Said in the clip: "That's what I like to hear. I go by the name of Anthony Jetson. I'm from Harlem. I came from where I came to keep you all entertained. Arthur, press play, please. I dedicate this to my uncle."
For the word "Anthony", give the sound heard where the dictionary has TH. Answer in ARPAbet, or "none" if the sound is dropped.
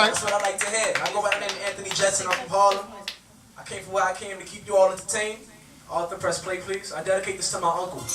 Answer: TH